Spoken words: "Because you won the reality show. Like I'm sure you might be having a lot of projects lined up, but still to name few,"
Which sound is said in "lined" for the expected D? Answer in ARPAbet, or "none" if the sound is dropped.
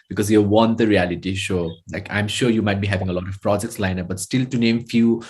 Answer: none